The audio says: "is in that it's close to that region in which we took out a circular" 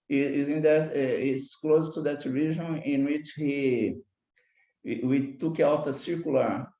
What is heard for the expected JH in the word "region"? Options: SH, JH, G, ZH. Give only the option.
ZH